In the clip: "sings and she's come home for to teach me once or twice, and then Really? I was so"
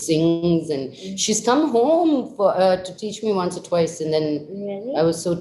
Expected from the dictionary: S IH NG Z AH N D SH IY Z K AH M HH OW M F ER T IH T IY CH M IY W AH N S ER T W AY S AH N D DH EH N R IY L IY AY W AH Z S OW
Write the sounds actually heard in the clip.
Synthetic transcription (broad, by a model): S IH NG Z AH N SH IY Z K AH M HH OW M F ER T IH T IY CH M IY W AH N S ER T W AY S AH N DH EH N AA IY W AH Z S OW